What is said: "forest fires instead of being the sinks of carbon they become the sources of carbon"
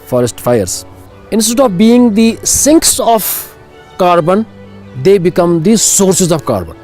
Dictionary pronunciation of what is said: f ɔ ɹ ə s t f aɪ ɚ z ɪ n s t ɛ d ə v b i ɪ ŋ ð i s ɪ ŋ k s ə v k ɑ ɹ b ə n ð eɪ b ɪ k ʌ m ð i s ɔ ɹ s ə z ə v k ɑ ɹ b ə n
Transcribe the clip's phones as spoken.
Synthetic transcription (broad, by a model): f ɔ ɹ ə s t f aɪ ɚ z ɪ n s t ɛ d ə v b i ɪ ŋ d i s ɪ ŋ k s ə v k ɑ ɹ b ə n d eɪ b ɪ k ʌ m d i s ɔ ɹ s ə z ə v k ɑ ɹ b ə n